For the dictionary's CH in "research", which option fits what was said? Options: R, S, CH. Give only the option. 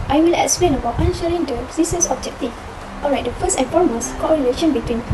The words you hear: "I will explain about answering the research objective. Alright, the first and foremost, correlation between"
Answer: S